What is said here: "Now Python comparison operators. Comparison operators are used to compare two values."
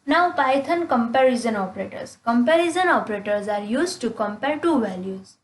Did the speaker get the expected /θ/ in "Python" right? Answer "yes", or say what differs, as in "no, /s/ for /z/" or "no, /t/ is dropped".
no, /t/ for /θ/